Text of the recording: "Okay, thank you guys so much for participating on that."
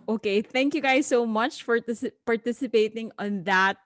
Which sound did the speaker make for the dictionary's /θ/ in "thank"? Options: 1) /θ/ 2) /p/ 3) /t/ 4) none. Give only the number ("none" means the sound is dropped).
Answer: 1